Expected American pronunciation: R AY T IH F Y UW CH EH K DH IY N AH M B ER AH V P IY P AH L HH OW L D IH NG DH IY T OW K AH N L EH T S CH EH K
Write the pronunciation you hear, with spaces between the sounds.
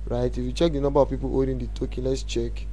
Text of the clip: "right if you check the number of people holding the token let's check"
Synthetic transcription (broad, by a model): R AY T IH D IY CH EH K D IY N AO M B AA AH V P IY P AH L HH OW D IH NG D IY T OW K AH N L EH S CH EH K